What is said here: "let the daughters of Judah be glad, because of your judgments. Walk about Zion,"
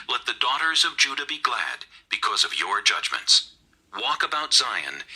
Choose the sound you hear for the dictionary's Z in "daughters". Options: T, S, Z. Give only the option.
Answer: Z